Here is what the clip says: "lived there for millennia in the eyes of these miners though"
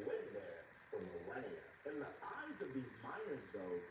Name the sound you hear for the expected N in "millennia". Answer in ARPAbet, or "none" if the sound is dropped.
none